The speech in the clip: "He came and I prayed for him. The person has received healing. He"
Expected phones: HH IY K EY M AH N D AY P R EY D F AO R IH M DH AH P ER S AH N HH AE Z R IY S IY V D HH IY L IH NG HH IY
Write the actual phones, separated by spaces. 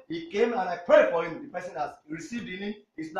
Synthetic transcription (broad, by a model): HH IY K EY M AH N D AY P R EY D F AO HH IH M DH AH P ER S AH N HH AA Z R IY S IY V D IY N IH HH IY